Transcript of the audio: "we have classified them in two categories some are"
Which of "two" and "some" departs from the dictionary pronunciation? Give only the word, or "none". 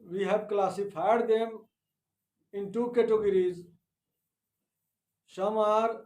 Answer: some